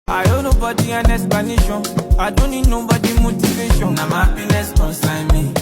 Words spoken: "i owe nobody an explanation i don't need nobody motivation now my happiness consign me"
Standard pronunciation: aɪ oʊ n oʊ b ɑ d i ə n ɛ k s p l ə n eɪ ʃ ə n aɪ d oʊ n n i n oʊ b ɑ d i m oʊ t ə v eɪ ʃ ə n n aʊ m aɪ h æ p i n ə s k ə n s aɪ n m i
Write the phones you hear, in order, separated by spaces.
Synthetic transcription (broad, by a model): aɪ oʊ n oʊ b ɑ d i ə n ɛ s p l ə n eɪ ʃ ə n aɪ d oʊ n n i n oʊ b ɑ d i m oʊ t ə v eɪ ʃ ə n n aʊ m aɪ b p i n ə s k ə s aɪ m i